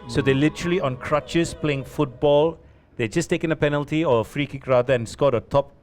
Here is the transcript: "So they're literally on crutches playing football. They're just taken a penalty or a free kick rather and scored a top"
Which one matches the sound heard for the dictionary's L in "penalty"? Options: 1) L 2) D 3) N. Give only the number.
1